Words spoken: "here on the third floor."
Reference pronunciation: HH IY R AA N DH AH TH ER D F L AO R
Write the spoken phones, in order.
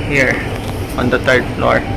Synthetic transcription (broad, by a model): HH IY R AA N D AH T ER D F L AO R